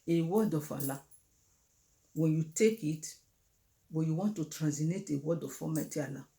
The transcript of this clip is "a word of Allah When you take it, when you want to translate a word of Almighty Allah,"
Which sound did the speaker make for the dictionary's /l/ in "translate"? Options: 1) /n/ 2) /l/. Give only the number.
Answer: 1